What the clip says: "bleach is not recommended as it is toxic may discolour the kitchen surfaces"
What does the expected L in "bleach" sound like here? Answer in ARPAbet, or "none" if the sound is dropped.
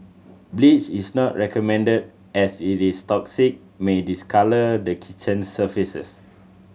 L